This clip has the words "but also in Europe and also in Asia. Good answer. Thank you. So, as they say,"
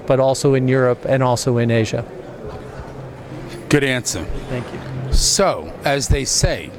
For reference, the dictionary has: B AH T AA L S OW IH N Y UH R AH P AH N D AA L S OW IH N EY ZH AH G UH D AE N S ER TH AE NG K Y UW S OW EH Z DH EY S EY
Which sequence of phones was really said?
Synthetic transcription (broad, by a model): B AH T AA L S OW IH N Y UH R AH P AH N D AA L S OW IH N EY ZH AH G UH D AE N S ER TH AE NG K Y UW S OW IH Z DH EY S EY